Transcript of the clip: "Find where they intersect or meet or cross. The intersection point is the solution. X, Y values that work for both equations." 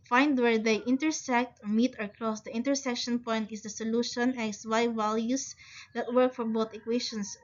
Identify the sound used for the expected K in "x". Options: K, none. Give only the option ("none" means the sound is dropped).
none